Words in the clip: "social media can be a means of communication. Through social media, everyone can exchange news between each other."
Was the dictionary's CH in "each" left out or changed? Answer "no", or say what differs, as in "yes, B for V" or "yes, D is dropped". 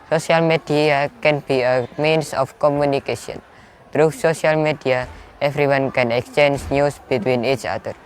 no